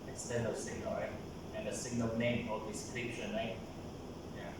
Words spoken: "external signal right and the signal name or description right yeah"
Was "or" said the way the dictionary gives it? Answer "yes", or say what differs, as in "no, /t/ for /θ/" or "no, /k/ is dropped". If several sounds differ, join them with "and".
no, /l/ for /ɹ/